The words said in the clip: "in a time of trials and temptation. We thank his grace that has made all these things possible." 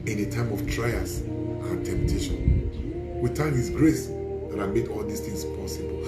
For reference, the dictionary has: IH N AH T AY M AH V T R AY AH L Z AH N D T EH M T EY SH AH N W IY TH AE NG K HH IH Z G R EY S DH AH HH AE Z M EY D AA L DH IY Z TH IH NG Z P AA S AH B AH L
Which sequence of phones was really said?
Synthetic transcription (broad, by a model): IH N AH T AY M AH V T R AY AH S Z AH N T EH M T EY SH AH N W IY T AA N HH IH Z G R EY S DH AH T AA M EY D AA L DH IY S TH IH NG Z P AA S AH B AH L